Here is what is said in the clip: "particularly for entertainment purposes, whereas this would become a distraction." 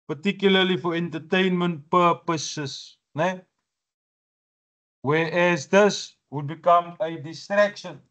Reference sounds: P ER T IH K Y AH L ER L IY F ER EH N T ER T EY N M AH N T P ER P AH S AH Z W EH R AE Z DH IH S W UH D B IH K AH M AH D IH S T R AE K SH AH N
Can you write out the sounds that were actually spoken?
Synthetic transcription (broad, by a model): P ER T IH K Y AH L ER L IY F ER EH N T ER T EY N M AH N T P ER P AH S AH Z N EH W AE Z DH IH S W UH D B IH K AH M AH D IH S T R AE K SH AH N